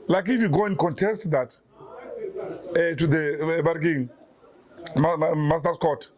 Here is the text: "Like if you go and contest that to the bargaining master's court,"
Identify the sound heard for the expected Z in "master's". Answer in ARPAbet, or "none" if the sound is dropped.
S